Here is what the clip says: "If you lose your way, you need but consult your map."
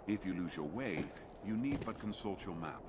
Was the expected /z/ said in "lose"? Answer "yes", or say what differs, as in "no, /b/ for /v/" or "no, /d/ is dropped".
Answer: yes